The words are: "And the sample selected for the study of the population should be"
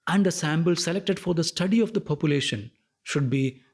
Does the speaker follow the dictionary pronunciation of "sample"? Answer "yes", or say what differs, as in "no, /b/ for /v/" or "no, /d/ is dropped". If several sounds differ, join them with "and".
no, /b/ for /p/